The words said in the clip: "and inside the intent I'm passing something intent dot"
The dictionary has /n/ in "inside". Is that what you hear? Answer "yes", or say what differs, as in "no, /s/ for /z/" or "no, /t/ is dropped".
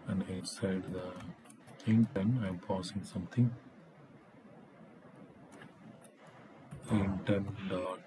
no, /n/ is dropped